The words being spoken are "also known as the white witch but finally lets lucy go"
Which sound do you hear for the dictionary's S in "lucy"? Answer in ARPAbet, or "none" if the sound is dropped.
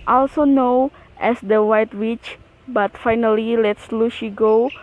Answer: SH